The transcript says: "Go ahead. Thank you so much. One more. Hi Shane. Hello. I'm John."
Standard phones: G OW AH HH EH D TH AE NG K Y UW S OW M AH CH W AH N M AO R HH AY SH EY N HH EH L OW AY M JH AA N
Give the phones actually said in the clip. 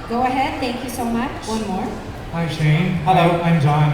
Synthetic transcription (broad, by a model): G OW AH HH EH D T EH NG K Y UW S OW M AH CH W AH N M AO R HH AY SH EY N HH EH L OW AY M JH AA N